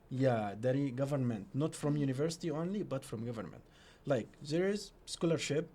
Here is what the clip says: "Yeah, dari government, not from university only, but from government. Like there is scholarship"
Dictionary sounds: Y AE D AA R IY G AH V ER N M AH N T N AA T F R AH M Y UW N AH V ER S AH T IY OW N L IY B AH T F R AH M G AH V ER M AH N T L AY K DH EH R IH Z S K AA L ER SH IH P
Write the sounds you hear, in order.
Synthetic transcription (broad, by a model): Y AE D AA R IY G AH V ER N M AH N T N AA T F R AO M Y UW N AH V ER S AH T IY OW N L IY B AH T F R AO M G AH V ER M AH N T L AY K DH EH R IH Z S K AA L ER SH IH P